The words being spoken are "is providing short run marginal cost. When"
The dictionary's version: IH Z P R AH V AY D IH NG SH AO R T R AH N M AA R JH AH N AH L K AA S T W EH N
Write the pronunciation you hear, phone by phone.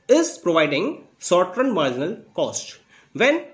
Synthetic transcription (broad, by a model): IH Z P R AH V AY D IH NG S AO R T R AH N M AA R JH AH N AH L K AA S T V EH N